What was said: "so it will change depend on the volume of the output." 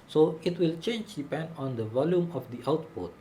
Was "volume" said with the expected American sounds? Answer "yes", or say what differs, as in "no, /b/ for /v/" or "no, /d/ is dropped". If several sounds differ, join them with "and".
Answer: yes